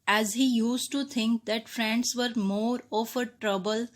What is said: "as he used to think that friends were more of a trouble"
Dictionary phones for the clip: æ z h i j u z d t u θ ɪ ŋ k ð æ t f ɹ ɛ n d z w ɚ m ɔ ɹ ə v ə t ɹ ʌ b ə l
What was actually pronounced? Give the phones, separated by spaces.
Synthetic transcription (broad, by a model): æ z h i j u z t u t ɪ ŋ k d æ t f ɹ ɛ n d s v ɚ m ɔ ɹ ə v ə t ɹ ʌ b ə l